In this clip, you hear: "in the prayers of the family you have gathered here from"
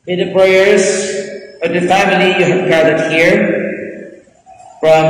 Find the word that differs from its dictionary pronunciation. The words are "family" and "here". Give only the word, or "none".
none